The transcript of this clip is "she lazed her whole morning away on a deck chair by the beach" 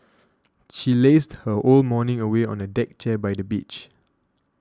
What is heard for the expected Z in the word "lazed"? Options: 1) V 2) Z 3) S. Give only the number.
3